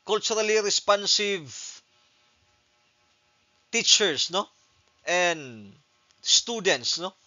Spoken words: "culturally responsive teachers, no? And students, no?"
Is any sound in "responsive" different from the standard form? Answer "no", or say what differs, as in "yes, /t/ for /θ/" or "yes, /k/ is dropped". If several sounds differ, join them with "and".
no